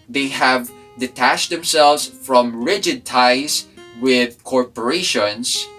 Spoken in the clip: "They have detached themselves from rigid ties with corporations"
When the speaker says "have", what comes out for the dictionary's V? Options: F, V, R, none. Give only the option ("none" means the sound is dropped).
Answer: V